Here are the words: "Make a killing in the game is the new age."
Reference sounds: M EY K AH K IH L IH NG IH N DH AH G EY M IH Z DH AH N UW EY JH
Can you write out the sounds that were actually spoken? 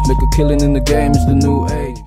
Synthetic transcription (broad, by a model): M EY K AH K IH L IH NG IH N DH AH G EY M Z DH AH N UW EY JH